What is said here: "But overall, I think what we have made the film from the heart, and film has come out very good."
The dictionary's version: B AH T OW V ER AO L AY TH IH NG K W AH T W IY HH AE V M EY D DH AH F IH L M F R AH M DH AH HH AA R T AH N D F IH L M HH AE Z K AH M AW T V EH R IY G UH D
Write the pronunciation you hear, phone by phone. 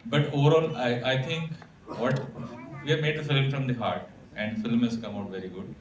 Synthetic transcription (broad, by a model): B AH T OW V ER AO L AY T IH NG K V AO T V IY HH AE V M EY D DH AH F IH L M F R AH M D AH HH AA R T AH N D F IH L M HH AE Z K AH M AW T V EH R IY G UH D